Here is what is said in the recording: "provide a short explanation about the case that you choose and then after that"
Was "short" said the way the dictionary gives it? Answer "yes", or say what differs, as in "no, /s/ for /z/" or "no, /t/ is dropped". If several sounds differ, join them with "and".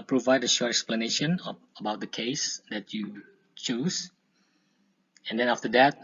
yes